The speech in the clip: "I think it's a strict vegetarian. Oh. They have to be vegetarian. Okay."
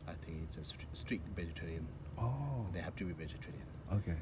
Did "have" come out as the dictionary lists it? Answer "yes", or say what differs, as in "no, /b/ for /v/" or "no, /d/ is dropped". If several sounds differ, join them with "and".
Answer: no, /p/ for /v/